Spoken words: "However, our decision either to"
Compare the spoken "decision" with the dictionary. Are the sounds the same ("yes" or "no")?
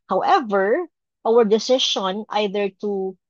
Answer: no